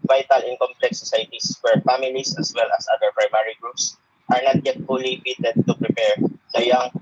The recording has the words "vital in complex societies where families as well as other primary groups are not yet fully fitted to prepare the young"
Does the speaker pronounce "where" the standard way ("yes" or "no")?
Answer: yes